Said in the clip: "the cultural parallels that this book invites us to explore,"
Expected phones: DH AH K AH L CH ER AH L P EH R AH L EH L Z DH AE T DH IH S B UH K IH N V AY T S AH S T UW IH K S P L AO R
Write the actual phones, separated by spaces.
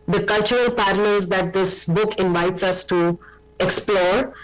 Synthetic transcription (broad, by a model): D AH K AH L CH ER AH L P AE R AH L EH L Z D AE T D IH S B UH K IH N V AY T S AH S T UW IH K S P L AO R